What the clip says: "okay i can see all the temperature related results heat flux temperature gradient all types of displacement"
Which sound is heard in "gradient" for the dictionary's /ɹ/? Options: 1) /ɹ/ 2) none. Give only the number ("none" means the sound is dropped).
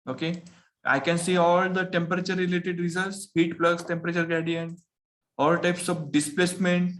2